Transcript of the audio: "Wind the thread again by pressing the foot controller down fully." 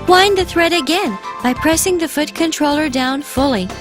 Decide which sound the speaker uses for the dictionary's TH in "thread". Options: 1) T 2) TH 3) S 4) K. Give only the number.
2